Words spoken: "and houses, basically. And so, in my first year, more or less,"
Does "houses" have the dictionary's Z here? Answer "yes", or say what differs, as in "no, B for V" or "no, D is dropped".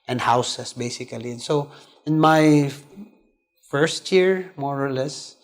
no, S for Z